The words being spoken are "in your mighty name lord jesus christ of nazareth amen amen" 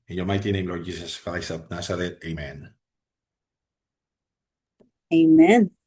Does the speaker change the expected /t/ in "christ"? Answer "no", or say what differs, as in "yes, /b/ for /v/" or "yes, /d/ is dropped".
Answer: yes, /t/ is dropped